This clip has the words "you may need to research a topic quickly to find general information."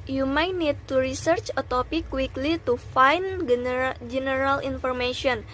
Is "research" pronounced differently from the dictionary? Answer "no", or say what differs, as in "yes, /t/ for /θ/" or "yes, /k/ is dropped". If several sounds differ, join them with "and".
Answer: no